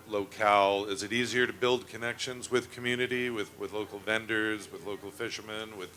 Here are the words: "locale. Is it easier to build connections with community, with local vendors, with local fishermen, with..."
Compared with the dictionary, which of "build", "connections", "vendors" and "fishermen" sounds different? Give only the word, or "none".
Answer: none